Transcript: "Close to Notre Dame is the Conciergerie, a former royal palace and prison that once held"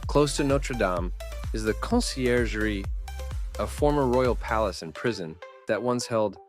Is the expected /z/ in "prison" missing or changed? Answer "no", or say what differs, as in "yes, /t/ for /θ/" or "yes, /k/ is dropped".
no